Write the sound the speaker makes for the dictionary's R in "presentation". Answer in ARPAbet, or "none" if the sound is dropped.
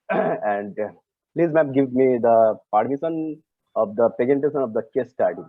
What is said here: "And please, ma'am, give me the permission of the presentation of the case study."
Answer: none